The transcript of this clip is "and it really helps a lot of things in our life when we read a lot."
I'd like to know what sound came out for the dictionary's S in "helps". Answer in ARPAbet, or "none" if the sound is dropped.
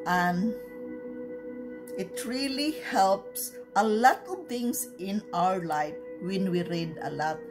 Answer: S